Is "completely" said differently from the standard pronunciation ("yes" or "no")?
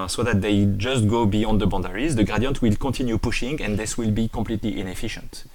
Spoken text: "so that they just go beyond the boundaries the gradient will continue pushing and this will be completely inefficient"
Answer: yes